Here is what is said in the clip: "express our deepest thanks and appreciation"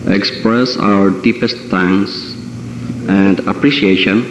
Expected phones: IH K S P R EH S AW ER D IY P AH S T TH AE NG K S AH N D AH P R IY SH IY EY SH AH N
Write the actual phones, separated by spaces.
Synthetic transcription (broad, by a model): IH K S P R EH S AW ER D IY P AH S T T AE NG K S AH N D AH P R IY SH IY EY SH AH N